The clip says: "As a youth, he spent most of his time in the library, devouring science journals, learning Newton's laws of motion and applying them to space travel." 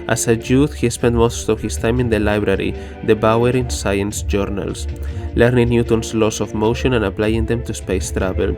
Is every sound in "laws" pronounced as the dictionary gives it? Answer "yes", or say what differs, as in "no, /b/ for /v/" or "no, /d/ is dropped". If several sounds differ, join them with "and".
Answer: no, /s/ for /z/